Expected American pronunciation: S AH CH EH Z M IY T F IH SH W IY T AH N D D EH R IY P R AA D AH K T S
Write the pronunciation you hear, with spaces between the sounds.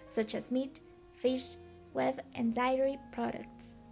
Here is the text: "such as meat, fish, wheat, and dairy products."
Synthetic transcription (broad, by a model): S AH CH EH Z M IY T F IH SH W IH T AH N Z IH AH R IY P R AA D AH K T S